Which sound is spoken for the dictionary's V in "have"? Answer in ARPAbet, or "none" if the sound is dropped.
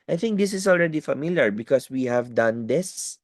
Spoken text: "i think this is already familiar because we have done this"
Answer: V